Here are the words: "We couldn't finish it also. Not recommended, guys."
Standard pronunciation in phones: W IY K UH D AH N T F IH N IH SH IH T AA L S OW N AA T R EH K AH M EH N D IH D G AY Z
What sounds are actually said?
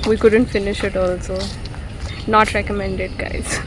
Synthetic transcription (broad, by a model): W IY K UH D AH N T F IH N IH SH IH T AA L S OW N AA T R EH K AH M EH N D IH D G AY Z